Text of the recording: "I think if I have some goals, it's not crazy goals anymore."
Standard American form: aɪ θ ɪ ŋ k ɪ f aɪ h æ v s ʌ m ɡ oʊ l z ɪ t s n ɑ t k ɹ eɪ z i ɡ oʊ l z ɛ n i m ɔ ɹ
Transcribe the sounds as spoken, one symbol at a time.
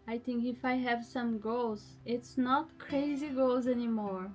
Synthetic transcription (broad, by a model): aɪ θ ɪ ŋ k ɪ f aɪ h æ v s ʌ m ɡ oʊ l z ɪ t s n ɑ t k ɹ eɪ z i ɡ oʊ l z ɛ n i m ɔ ɹ